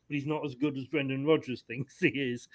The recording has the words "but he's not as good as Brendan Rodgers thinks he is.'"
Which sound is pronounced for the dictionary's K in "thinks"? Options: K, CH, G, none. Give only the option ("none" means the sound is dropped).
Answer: none